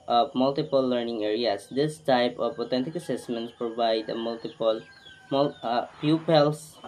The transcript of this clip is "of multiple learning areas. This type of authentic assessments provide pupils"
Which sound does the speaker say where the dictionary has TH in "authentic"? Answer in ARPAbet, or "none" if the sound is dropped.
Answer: T